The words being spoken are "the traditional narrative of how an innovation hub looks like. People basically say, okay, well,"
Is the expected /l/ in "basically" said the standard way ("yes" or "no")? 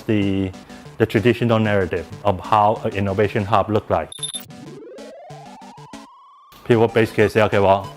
no